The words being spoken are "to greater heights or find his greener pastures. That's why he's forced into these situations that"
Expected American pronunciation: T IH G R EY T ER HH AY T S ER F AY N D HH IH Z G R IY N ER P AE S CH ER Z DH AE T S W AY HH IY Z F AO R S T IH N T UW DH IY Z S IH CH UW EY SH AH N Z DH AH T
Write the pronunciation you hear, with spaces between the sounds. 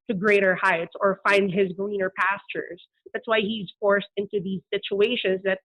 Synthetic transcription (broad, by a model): T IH G R EY T ER HH AY T S ER F AY N D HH IH Z G R IY N ER P AE S CH ER Z DH AE T S W AY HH IY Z F AO R S T IH N T UW DH IY Z S IH CH UW EY SH AH N Z DH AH T